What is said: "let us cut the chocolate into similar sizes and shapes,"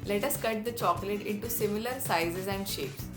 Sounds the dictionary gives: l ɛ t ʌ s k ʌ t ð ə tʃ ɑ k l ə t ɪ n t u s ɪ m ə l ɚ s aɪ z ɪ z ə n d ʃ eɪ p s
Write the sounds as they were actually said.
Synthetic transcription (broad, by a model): l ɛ t ʌ s k ʌ t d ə tʃ ɑ k l ə t ɪ n t u s ɪ m ə l ɚ s aɪ z ɪ z ə n d ʃ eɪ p s